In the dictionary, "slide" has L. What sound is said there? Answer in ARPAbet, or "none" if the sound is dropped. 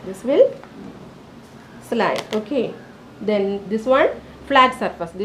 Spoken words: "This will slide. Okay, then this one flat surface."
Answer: L